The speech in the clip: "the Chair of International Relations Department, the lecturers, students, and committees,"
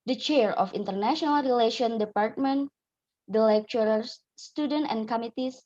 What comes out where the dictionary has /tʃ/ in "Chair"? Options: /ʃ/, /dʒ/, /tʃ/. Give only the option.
/tʃ/